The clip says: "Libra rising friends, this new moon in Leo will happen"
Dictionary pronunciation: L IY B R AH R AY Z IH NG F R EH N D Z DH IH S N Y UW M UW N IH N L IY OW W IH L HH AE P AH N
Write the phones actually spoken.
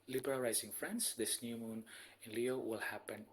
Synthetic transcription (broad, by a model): L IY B R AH L AY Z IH NG F R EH N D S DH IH S N Y UW M UW N IH N L IY OW W IH L HH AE P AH N